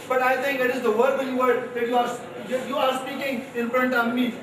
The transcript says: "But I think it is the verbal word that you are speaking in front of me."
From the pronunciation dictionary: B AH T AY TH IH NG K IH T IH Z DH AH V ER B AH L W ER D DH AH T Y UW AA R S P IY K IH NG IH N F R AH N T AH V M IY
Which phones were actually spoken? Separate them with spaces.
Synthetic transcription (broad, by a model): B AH T AY T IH NG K IH T IH Z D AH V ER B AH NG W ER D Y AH T Y UW AA R S P IY K IH NG IH N F R AH N T AH V M IY